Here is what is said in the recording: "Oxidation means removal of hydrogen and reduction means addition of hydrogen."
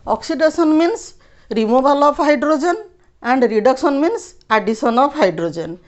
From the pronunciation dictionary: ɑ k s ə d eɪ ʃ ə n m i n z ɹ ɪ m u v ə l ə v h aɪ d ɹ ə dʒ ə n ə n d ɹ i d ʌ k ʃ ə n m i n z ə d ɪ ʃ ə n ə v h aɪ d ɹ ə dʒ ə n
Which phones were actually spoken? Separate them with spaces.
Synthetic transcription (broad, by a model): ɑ k s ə d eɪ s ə n m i n s ɹ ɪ m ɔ b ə l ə p h aɪ d ɹ ə dʒ ə n ə n d ɹ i d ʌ k s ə n m i n s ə d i s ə n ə p h aɪ d ɹ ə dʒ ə n